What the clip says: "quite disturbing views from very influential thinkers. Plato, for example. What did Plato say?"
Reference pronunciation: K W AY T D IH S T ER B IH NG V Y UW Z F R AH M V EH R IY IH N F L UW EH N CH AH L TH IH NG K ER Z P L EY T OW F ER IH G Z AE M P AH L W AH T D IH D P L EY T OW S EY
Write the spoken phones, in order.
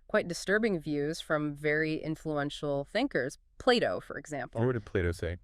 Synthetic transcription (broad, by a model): K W AY T D IH S T ER B IH NG V Y UW Z F R AH M V EH R IY IH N F L UW EH N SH L TH IH NG K ER Z P L EY T OW F ER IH G Z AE M P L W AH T D IH D P L EY T OW S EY